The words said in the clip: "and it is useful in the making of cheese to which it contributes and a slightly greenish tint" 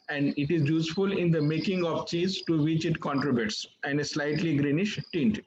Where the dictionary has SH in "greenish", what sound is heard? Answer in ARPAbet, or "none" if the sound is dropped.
SH